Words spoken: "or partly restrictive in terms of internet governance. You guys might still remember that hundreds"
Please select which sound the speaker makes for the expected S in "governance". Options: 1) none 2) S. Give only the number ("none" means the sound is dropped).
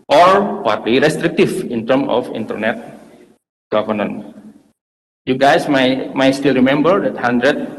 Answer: 1